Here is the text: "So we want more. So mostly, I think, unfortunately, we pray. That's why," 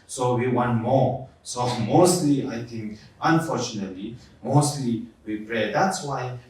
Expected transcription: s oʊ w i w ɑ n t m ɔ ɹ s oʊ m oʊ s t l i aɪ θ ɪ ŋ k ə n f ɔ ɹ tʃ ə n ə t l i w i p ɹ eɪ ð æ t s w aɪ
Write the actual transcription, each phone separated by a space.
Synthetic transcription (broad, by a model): s oʊ w i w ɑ n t m ɔ ɹ s oʊ m oʊ s t l i aɪ t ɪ ŋ k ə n f ɔ ɹ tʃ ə n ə t l i w i p ɹ eɪ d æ t s w aɪ